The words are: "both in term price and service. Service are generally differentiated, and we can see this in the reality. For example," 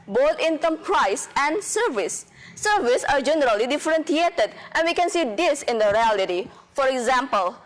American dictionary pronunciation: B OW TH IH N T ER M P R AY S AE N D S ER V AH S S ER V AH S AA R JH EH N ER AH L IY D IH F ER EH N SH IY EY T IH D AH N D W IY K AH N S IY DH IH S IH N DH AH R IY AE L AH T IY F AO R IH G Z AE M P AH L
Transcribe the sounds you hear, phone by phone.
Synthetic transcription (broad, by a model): B OW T IH N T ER M P R AY S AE N D S ER V AH S S ER V AH S AA R JH EH N ER AH L IY D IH F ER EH N S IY EY T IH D AH N D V IY K AH N S IY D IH S IH N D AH R IY AE L AH T IY F AO R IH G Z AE M P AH L